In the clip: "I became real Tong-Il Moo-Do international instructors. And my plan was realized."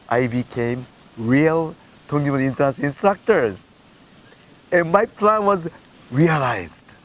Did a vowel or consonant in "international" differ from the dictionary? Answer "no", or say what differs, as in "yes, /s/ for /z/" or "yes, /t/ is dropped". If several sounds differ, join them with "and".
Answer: yes, /ʃ/ is dropped